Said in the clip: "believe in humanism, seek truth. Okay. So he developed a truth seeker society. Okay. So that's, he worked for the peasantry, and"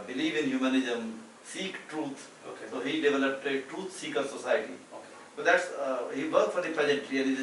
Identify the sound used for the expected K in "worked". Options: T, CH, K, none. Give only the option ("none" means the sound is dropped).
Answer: none